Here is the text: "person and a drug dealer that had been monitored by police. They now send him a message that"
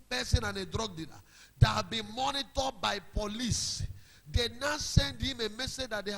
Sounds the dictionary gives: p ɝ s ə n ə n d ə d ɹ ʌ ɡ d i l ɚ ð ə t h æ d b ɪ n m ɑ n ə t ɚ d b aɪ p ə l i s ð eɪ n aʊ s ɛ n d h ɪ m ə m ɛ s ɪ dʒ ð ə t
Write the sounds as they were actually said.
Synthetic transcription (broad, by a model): p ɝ s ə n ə n ə d ɹ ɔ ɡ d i n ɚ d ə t h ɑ b ɪ n m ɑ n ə t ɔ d b aɪ p ə l i s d eɪ n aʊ s ɛ n d h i m ə m ɛ s ɪ dʒ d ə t